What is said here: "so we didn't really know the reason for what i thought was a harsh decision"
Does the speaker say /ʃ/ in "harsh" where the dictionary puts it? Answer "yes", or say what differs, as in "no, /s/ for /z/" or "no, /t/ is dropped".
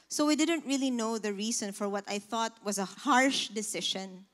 yes